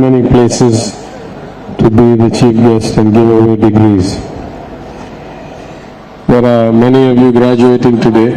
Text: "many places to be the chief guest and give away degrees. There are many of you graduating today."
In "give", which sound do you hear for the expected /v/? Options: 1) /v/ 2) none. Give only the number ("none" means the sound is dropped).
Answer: 1